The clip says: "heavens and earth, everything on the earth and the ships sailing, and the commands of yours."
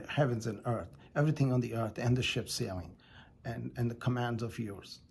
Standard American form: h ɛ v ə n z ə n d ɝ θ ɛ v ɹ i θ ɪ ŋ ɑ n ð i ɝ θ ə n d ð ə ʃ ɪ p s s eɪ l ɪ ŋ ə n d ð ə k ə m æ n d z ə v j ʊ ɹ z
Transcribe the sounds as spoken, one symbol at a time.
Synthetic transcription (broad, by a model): h ɛ v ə n z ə n ɝ θ ɛ v ɹ i θ ɪ ŋ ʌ n ð i ɝ θ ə n ð ə ʃ ɪ p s s eɪ l ɪ ŋ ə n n ð ə k ə m æ n d z ə v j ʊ ɹ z